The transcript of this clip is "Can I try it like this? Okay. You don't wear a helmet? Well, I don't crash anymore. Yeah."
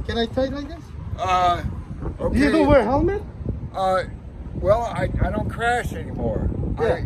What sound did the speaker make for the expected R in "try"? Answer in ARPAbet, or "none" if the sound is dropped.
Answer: none